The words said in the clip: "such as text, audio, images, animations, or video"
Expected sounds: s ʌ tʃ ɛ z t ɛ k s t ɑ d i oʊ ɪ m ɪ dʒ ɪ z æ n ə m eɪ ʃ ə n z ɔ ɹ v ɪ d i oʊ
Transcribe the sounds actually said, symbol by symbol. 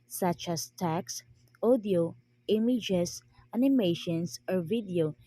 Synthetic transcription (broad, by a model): s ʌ tʃ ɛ s t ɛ k s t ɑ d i oʊ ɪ m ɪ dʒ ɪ s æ n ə m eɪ ʃ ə n s ɔ ɹ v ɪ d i oʊ